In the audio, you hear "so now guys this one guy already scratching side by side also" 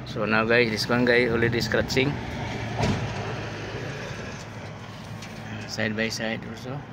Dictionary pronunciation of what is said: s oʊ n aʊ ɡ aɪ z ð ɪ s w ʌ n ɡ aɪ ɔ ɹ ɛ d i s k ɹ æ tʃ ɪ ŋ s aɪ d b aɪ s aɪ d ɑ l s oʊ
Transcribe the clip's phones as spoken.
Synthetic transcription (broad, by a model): s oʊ n aʊ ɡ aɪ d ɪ s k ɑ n ɡ aɪ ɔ l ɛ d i s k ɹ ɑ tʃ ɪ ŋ s aɪ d b aɪ s aɪ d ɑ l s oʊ